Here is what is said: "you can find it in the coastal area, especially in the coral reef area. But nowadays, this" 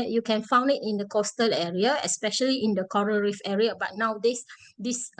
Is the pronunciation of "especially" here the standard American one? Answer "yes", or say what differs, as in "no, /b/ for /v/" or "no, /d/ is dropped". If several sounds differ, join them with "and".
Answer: yes